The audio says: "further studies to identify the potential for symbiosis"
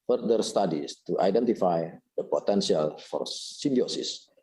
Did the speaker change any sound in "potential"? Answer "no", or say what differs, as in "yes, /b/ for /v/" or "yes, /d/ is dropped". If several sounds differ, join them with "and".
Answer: yes, /s/ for /ʃ/